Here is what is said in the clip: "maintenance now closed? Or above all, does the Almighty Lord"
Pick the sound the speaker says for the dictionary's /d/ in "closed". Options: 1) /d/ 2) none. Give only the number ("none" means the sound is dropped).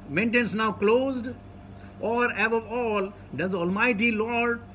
1